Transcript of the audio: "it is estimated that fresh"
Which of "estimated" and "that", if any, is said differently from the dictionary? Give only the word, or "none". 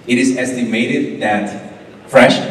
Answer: none